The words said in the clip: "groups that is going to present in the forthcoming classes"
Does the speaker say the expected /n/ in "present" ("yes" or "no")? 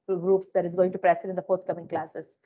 no